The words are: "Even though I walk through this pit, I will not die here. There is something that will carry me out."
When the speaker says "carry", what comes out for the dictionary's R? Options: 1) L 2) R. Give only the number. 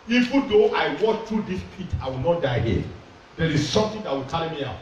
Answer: 1